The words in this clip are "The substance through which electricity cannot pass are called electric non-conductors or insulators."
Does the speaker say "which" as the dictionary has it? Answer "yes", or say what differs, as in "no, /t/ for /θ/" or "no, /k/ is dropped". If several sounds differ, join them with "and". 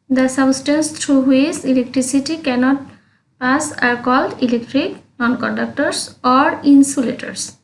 no, /s/ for /tʃ/